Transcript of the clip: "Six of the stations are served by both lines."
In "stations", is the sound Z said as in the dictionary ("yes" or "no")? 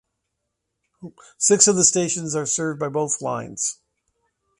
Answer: yes